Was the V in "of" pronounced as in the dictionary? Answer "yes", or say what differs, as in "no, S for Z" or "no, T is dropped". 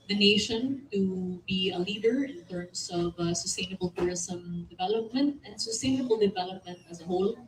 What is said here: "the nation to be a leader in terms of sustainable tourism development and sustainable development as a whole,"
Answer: yes